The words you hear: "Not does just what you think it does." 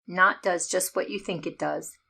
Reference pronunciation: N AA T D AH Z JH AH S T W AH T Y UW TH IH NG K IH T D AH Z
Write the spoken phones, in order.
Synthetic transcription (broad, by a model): N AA T D AH Z JH AH S T W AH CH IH TH IH NG K IH T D AH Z